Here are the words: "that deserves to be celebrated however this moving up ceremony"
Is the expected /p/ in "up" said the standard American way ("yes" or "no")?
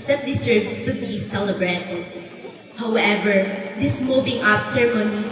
no